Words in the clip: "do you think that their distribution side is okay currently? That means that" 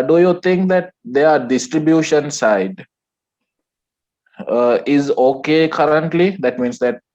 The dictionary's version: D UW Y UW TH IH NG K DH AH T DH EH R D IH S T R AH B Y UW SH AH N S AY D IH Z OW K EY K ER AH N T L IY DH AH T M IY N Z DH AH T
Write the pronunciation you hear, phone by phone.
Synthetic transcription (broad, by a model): D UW Y UW T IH NG K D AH T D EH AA D IH S T R AH B Y UW SH AH N S AY D IH Z OW K EY K ER AH N T L IY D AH T M IY N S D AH T